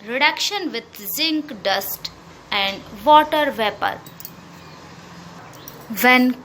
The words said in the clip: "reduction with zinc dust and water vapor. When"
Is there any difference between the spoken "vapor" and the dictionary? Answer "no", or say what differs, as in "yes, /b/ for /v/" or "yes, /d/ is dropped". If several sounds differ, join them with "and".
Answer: no